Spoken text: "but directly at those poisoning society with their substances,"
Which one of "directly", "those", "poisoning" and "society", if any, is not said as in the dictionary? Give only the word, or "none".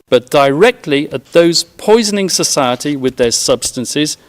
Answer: none